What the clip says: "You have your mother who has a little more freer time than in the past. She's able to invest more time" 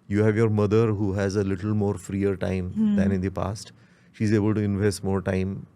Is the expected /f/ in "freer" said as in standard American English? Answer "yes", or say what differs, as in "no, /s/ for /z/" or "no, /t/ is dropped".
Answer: yes